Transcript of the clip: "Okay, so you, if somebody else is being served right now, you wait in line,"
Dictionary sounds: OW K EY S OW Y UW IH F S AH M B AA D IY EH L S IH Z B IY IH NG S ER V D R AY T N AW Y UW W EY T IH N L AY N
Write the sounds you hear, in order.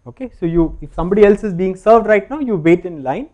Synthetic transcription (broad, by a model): OW K EY S OW Y UW IH F S AH M B AA D IY EH L S IH Z B IY IH NG S ER V D R AY T N AW Y UW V EY T IH N L AY N